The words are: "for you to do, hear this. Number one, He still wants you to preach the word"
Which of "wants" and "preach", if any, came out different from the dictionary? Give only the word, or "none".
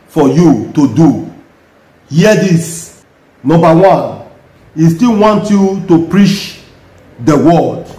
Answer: wants